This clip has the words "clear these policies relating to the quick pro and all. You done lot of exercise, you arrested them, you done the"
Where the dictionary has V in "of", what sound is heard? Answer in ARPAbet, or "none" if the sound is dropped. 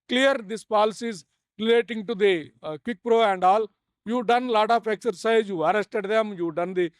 P